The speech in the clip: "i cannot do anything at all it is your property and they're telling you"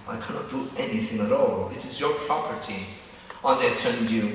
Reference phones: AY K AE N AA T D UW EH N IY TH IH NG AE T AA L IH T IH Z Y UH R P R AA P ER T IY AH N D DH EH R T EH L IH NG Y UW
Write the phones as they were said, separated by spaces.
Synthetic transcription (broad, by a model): AY K AE N AA T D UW EH N IY TH IH NG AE T AA L IH T IH Z Y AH R P R AA P ER T IY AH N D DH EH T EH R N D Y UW